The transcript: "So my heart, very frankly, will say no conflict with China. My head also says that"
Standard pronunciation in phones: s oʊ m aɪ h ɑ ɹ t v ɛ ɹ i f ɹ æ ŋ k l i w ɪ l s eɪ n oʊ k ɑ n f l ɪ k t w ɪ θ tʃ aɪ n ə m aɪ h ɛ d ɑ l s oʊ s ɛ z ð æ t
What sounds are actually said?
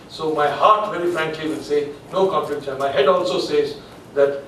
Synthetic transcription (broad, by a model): s oʊ m aɪ h ɑ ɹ t v ɛ ɹ i f ɹ æ ŋ k l i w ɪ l s eɪ n oʊ k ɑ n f ɪ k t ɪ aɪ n m aɪ h ɛ d ɑ l s oʊ s ɛ z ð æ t